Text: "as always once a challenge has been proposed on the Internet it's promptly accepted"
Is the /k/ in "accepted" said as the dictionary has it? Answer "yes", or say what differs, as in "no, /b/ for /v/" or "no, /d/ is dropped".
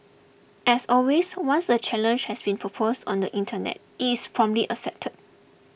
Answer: no, /k/ is dropped